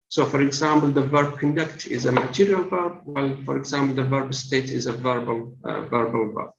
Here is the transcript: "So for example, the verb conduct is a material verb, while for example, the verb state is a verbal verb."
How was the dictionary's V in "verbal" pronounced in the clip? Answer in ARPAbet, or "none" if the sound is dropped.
V